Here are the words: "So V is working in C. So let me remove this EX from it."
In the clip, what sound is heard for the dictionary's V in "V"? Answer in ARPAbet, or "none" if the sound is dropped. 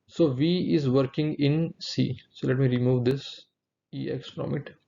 V